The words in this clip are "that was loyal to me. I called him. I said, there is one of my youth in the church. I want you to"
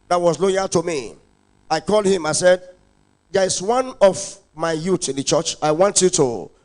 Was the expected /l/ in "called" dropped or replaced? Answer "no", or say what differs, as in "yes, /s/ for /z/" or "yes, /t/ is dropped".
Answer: no